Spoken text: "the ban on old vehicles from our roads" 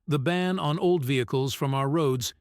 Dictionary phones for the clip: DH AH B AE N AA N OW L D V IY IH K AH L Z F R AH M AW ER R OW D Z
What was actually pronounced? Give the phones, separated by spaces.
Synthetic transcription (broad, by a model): DH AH B AE N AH N OW L D V IY IH K AH L Z F R AH M AW ER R OW D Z